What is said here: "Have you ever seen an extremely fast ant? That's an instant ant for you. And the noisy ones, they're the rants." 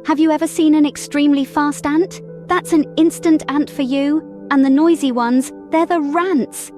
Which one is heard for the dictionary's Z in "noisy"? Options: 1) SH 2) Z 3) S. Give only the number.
2